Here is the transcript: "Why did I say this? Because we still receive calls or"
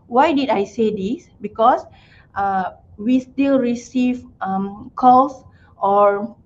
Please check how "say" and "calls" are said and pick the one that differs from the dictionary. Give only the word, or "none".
calls